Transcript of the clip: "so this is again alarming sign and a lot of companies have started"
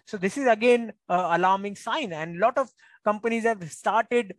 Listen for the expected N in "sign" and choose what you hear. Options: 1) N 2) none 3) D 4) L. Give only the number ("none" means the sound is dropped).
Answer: 1